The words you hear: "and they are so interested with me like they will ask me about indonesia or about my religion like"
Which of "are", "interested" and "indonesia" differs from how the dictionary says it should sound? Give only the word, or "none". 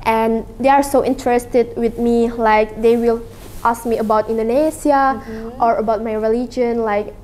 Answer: indonesia